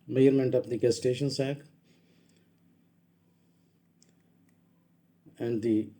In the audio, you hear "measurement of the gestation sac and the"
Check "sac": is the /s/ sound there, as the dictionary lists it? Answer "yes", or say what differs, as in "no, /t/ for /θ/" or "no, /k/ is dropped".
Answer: yes